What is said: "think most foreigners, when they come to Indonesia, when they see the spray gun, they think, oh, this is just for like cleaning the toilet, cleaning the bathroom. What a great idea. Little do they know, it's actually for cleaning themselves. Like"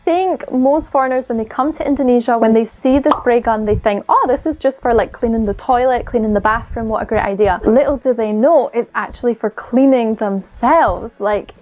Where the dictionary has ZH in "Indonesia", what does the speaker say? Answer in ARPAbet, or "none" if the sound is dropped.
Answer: ZH